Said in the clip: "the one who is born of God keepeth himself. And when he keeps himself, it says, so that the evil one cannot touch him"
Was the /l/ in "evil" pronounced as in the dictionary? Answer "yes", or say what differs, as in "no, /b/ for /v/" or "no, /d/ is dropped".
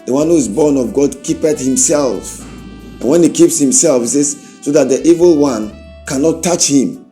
yes